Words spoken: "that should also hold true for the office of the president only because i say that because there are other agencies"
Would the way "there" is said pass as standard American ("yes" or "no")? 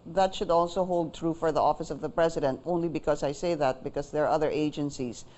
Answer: yes